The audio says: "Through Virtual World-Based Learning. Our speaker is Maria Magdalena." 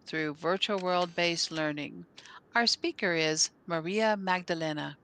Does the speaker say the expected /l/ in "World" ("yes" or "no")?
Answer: yes